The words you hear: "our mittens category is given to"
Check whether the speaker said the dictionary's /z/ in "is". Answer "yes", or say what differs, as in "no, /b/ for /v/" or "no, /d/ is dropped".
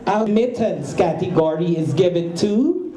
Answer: yes